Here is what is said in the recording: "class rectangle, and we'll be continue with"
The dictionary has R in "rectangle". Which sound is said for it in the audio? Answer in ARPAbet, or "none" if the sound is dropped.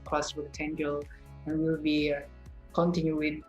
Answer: W